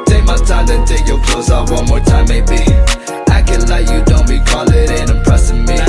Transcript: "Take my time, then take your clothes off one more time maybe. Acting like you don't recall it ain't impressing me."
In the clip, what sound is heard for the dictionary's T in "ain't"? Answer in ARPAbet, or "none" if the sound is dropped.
none